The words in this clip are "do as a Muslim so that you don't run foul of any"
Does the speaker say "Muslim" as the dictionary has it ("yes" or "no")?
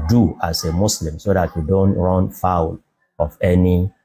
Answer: no